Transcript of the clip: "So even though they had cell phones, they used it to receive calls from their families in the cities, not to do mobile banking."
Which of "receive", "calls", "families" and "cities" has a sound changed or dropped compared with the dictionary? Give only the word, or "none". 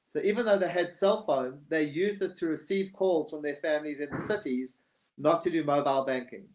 none